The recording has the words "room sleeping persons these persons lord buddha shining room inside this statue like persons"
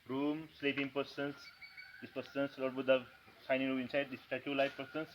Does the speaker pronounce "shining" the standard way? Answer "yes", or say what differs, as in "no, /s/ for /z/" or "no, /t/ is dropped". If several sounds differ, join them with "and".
no, /s/ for /ʃ/